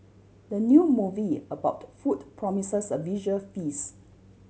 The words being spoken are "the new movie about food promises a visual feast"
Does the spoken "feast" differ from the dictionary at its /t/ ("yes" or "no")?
yes